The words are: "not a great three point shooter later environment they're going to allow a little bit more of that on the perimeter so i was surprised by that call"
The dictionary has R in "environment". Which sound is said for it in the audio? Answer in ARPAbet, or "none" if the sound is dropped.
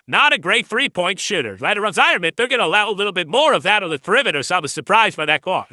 none